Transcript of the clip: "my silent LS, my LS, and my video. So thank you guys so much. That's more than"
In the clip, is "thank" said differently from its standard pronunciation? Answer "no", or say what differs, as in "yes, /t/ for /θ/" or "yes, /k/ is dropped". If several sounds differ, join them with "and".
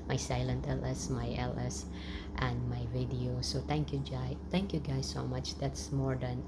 yes, /t/ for /θ/